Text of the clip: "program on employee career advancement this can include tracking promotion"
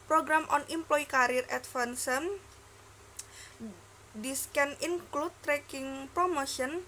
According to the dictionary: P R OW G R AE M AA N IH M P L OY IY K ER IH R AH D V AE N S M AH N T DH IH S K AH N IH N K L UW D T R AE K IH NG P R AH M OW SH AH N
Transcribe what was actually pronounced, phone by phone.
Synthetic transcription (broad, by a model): P R OW G R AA M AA N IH M P L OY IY K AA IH R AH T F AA N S AH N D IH S K AH N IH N K L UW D T R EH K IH NG P R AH M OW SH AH N